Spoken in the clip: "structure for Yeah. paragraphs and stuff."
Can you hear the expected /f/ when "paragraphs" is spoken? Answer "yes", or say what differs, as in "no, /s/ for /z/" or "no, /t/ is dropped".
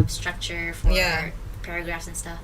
yes